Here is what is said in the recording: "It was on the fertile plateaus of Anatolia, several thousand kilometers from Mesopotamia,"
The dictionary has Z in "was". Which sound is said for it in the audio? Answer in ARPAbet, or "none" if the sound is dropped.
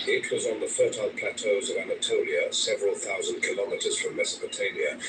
Z